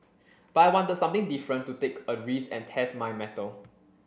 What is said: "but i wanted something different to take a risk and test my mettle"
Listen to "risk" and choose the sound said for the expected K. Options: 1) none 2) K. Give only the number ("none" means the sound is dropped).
1